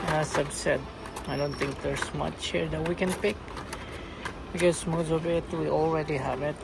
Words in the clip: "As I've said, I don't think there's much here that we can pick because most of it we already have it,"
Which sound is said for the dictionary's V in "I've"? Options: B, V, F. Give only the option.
B